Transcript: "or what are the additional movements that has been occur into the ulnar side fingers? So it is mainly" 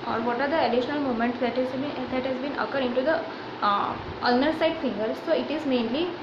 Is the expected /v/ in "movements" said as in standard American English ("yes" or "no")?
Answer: no